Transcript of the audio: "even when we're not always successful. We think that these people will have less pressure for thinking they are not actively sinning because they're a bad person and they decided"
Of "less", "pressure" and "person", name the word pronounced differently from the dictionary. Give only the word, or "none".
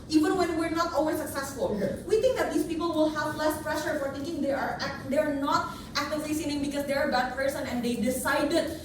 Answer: none